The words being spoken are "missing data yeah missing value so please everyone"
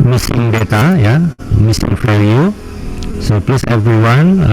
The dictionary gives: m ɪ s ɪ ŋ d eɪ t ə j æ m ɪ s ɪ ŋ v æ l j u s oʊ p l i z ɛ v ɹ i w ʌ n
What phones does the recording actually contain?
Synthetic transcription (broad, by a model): m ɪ s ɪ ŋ d eɪ t ə j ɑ m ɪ s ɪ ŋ f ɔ j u s oʊ p l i s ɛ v ɹ i w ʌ n